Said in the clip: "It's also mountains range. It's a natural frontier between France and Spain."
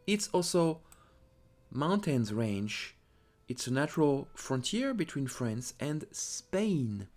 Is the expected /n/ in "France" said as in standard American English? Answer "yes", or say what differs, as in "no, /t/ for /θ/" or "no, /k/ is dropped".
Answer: yes